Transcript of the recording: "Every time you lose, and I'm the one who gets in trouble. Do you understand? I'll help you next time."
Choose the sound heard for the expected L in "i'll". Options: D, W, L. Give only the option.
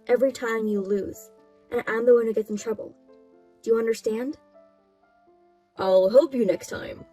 L